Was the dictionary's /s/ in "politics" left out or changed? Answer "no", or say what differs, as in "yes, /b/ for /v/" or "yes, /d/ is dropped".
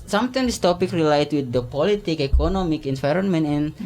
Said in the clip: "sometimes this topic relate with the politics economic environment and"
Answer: yes, /s/ is dropped